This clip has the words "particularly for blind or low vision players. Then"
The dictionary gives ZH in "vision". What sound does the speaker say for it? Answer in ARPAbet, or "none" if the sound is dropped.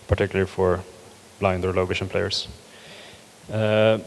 SH